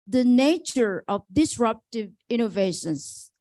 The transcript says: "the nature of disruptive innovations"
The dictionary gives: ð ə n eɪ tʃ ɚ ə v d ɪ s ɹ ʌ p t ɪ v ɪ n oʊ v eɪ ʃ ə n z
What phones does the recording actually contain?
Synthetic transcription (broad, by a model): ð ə n eɪ tʃ ɚ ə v d ɪ s ɹ ʌ p t ɪ v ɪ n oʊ v eɪ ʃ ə n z